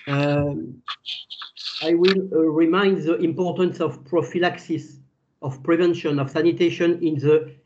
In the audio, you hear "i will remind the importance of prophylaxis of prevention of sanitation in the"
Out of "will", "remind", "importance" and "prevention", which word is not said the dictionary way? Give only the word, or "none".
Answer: none